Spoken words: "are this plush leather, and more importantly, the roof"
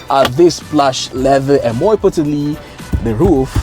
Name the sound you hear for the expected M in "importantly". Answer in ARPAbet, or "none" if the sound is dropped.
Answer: none